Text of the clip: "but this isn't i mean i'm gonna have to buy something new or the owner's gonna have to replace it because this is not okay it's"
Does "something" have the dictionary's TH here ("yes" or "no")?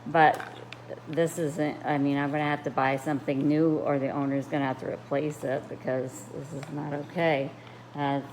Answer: yes